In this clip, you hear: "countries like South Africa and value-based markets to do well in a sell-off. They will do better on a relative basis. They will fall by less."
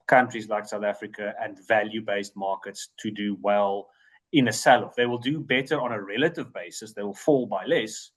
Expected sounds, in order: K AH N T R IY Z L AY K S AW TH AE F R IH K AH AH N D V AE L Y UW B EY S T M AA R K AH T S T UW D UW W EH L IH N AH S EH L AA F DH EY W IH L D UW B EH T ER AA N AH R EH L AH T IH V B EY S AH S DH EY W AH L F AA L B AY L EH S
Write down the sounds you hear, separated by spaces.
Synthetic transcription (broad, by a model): K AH N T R IY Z L AY K S AW TH AE F R IH K AH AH N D V AE L Y UW B EY S T M AA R K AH T S T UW D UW W EH L IH N AH S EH L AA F DH EY W IH L D UW B EH T ER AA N AH R EH L AH T IH V B EY S AH S DH EY W AH L F AA L B AY L EH S